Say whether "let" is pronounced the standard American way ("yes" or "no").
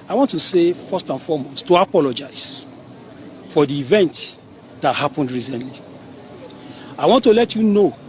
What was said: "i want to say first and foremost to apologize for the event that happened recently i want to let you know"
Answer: yes